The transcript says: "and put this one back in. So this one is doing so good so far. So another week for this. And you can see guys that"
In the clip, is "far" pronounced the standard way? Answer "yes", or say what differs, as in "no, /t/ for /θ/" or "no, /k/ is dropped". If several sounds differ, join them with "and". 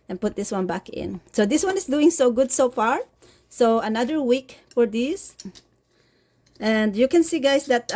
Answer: yes